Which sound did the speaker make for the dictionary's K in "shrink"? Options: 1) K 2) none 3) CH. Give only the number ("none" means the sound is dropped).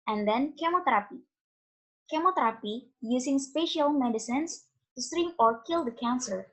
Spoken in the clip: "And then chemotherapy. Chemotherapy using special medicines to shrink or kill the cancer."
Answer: 2